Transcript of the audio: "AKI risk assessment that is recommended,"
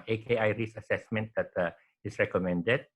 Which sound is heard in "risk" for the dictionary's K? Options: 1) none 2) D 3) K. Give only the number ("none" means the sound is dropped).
1